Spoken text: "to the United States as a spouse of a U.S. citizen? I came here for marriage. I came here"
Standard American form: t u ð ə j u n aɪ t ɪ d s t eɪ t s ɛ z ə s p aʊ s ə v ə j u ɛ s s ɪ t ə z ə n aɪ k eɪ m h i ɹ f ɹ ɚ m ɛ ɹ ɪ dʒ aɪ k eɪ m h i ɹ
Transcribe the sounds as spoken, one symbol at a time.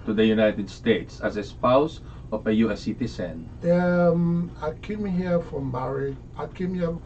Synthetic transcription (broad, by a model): t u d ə j u n aɪ t ɪ d s t eɪ t s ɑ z ə s p aʊ s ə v ə j u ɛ s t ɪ s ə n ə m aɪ k eɪ m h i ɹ f ɹ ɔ m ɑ ɹ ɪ aɪ k eɪ m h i